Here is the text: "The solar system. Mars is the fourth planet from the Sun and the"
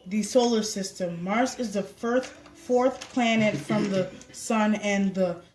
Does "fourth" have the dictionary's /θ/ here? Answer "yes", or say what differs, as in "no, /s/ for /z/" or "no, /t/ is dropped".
yes